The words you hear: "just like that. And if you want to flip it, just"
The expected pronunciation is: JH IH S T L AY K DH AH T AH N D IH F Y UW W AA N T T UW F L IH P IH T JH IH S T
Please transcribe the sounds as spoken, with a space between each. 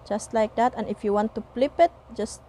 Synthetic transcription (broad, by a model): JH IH S T L AY K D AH T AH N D IH F Y UW W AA N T T UW P L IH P IH T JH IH S T